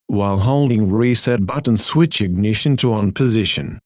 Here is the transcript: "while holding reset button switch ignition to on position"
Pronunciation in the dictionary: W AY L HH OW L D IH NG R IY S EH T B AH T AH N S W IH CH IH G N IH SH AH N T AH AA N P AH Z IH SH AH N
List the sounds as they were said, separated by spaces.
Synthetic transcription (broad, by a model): W AY L HH OW L D IH NG R IY S EH T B AH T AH N S W IH CH IH G N IH SH AH N T AH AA N P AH Z IH SH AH N